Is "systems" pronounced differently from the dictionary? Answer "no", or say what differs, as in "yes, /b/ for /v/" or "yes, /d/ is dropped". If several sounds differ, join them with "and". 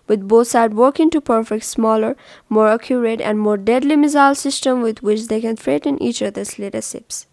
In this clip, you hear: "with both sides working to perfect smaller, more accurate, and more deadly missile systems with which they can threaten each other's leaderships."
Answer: yes, /z/ is dropped